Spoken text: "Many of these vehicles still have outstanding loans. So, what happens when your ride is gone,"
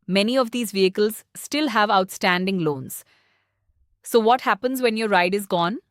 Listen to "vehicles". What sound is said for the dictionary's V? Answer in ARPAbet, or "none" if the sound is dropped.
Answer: V